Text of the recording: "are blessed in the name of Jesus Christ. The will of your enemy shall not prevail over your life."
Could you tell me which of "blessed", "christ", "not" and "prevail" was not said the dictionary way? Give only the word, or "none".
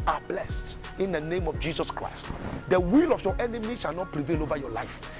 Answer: none